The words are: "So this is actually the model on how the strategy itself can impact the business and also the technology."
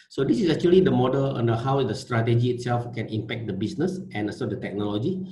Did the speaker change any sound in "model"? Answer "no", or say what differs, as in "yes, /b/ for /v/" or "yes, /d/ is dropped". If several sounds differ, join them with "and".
no